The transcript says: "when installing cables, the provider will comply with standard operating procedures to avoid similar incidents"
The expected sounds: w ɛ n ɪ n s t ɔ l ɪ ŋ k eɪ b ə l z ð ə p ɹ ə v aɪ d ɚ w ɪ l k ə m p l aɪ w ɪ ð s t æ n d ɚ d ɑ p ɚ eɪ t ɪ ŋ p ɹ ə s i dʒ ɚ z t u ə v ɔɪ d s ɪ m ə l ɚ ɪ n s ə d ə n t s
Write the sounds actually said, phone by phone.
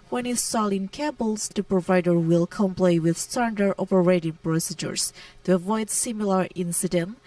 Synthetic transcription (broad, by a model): w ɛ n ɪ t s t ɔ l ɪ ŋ k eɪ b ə l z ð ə p ɹ ə v aɪ d ɚ w ɪ l k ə m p l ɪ w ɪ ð s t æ n d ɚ ɑ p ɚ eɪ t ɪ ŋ p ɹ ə s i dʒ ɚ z t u ə v ɔɪ d s ɪ m ə l ɚ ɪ n s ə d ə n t